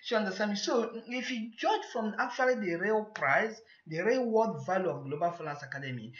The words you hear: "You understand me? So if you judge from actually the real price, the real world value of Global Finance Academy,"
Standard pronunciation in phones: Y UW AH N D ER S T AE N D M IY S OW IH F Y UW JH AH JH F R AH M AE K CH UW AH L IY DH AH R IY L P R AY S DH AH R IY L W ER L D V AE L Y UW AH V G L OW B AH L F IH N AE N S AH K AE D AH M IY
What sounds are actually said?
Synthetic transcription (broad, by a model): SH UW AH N D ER S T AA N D M IY S OW IH F Y UW JH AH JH F R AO M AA K CH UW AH L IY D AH R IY L P R AY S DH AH R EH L W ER D V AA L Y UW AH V G L OW B AH L F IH L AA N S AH K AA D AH M IY